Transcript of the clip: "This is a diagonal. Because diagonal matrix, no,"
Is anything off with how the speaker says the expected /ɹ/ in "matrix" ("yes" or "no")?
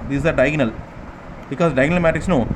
yes